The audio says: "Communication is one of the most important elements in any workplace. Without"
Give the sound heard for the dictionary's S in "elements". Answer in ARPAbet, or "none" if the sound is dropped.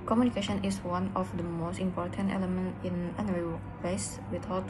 none